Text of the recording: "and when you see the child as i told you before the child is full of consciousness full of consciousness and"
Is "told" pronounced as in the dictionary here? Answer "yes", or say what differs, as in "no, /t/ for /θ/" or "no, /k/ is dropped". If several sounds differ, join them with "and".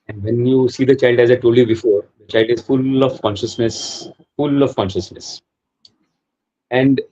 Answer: no, /l/ is dropped